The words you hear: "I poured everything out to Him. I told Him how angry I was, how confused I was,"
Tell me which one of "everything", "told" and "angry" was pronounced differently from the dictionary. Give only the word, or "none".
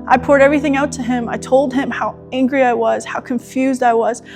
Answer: none